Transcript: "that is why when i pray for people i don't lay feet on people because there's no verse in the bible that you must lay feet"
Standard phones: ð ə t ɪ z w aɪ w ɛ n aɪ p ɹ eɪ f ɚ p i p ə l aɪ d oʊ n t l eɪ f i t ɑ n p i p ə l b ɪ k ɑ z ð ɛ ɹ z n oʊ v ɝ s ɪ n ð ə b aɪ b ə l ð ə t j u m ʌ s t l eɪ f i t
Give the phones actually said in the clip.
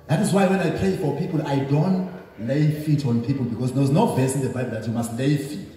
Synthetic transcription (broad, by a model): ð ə t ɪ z w aɪ w ɛ n aɪ p ɹ eɪ f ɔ p i p ə l aɪ d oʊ n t l eɪ f i t ɑ n p i p ə l b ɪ k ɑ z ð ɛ w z n oʊ v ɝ s ɪ n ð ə b aɪ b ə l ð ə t j u m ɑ s t l eɪ f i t